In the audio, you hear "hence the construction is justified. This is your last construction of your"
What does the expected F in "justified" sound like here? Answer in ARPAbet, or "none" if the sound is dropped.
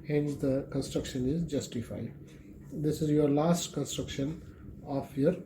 F